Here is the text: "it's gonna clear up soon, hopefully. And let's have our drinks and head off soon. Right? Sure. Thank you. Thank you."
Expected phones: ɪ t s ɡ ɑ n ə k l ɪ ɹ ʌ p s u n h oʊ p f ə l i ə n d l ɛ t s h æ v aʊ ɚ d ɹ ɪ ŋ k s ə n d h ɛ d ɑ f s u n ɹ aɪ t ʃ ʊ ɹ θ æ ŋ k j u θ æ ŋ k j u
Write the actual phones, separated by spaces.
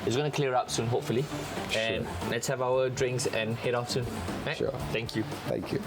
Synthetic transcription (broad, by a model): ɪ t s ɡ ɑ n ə k l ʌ ɹ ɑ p s u n h oʊ p f ə l i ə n l ɛ t s h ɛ v aʊ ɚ d ɹ ɪ ŋ k s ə n h ɛ d ɑ f s u n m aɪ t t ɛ ŋ k j u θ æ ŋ k j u